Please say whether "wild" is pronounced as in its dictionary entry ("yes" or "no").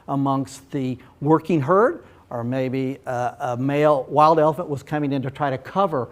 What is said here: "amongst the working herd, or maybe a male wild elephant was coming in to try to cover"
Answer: yes